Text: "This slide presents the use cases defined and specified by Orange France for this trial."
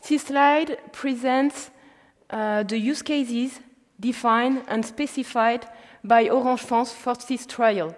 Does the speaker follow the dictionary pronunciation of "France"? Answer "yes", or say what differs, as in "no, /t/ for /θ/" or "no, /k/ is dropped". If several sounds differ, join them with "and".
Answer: no, /ɹ/ is dropped and /n/ is dropped